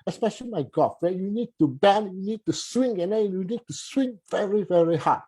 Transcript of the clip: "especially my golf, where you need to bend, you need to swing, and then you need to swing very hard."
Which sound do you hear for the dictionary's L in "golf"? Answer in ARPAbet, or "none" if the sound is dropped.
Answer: none